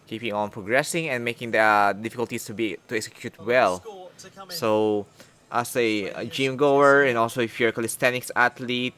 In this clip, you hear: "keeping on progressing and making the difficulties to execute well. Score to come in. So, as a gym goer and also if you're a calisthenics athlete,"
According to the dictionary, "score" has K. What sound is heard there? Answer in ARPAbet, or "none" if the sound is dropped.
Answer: none